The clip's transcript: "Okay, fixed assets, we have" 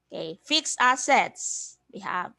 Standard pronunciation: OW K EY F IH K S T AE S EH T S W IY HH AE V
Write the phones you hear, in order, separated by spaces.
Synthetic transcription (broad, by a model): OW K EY F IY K S AA S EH T S W IY HH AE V